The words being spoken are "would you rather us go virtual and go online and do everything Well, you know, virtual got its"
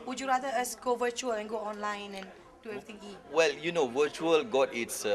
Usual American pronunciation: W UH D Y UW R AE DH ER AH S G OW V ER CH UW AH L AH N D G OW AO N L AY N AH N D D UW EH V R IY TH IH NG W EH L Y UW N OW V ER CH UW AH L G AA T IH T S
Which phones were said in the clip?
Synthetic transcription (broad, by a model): W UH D Y UW R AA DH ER AH S G OW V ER CH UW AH L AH N G OW AO N L AY N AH N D D UW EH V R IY T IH NG W EH L Y UW N OW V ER CH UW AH L G AA T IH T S